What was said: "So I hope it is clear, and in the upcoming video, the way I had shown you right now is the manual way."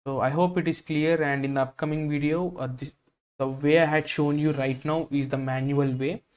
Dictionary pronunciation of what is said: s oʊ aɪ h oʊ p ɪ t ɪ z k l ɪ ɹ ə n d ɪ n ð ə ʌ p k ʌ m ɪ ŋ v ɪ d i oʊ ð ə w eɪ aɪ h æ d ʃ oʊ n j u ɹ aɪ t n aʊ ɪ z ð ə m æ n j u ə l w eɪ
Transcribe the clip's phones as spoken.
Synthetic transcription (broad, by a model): oʊ aɪ h oʊ p ɪ t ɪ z k l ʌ ɹ ə n d ɪ n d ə ʌ p k ʌ m ɪ ŋ v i d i oʊ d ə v eɪ aɪ h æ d ʃ oʊ n j u ɹ aɪ t n aʊ ɪ z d ə m æ n j u ə l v eɪ